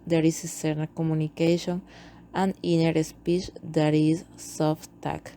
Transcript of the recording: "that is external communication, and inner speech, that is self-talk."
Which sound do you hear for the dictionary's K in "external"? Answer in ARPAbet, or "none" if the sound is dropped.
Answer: none